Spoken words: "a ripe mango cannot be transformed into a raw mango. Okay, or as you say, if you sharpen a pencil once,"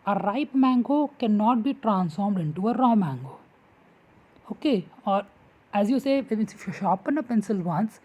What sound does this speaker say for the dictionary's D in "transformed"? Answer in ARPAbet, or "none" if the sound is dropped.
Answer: D